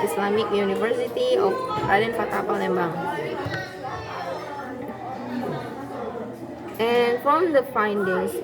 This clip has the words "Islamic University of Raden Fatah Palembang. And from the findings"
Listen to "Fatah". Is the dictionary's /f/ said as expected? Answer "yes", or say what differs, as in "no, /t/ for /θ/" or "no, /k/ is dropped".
no, /p/ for /f/